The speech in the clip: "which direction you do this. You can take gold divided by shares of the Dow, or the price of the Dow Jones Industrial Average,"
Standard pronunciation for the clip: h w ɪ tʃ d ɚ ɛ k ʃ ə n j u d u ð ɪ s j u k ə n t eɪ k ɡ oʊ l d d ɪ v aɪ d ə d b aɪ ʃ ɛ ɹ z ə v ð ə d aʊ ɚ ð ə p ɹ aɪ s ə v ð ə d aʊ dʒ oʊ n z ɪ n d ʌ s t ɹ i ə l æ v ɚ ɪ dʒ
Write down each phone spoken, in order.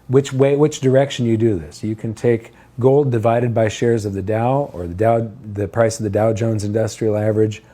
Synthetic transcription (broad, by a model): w w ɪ tʃ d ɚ ɛ k ʃ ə n j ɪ d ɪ ð ɪ s j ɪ k ə n t eɪ k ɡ oʊ l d d ɪ v aɪ d ə d b aɪ ʃ ɛ ɹ z ə v ð ə d aʊ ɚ ð ə p ɹ aɪ s ə v ð ə d aʊ dʒ oʊ n z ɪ n d ʌ s t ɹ i l æ v ɚ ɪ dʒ